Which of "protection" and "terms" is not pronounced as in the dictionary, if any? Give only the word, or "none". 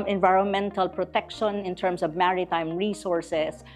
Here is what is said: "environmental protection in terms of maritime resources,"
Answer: terms